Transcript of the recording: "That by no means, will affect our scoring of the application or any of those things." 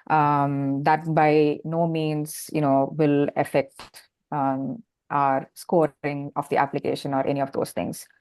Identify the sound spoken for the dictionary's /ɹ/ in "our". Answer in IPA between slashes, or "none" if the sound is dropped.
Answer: /ɹ/